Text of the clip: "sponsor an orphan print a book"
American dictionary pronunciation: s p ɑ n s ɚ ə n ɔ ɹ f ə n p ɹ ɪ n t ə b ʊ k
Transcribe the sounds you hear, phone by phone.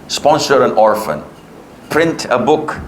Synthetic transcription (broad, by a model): s p ɑ n s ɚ ə n ɔ ɹ f ə n p ɹ ɪ n t ə b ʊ k